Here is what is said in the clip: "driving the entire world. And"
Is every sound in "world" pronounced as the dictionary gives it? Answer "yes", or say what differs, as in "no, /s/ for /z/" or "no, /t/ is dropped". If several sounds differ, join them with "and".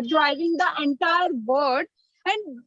no, /l/ is dropped